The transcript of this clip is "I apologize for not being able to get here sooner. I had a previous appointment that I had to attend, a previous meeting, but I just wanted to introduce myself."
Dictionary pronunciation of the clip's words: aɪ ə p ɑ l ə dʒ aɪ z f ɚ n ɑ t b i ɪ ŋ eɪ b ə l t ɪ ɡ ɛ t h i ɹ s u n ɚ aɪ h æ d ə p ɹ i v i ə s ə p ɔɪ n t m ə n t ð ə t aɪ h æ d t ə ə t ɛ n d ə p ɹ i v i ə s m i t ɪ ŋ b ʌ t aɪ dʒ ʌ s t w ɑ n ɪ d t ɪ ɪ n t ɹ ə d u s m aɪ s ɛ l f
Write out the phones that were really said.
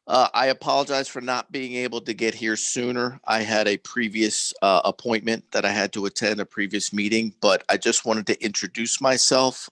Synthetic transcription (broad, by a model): aɪ ə p ɑ l ə dʒ aɪ z f ɚ n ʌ t b i ɪ ŋ eɪ b l t ɪ ɡ ɛ t h i ɹ s u n ɚ aɪ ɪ d ə p ɹ i v i ə s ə p ɔɪ n m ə n ð ə t aɪ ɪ d t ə ə t ɛ n d ə p ɹ i v i ə s m i t ɪ ŋ b ʌ t aɪ dʒ ʌ s t w ɑ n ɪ d t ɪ ɪ n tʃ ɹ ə d u s m aɪ s ɛ l f